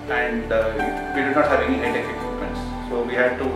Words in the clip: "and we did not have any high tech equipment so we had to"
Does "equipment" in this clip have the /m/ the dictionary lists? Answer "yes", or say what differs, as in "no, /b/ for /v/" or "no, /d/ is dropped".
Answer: no, /m/ is dropped